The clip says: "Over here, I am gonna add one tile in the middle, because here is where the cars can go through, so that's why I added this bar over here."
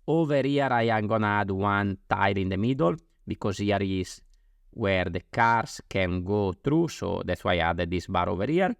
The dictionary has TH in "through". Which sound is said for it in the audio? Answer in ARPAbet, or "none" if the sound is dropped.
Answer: T